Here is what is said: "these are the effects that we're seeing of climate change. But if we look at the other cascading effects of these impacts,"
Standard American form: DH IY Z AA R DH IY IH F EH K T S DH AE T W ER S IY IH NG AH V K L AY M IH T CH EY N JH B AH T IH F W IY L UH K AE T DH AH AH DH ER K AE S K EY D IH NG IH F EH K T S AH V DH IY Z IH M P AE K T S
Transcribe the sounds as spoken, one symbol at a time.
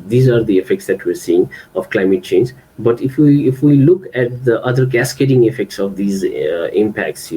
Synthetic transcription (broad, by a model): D IY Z AA R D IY IH F EH K T S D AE T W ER S IY IH NG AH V K L AY M IH T CH EY N JH B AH T IH F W IY L UH K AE T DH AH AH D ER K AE S K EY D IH NG IH F EH K T S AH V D IY Z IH M P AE K T S